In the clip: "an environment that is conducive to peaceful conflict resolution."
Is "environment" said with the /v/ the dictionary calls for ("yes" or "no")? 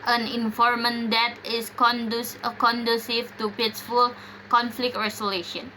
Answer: no